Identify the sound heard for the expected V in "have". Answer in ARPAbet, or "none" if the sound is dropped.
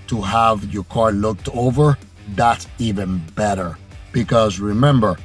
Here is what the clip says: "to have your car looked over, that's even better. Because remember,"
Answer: V